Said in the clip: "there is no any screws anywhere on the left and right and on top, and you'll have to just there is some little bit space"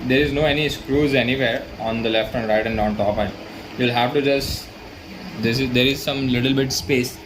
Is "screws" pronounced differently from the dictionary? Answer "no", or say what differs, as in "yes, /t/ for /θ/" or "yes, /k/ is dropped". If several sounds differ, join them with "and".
no